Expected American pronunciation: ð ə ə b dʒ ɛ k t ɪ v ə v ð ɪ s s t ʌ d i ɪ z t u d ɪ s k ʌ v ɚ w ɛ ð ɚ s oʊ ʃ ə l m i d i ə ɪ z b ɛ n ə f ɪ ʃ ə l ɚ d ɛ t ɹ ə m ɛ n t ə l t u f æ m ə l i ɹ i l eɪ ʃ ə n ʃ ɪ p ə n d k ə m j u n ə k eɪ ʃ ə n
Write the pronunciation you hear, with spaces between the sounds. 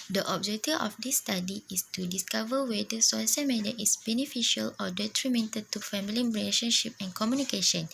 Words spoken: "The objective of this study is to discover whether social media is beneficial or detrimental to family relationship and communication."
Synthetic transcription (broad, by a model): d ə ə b dʒ ɛ k t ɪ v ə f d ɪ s s t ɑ d i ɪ s t u d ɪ s k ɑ v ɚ w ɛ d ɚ s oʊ s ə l m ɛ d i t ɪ s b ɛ n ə f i ʃ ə l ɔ d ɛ t ɹ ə m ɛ n t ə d t u f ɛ m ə l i ɹ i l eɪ ʃ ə n ʃ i p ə n k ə m j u n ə k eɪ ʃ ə n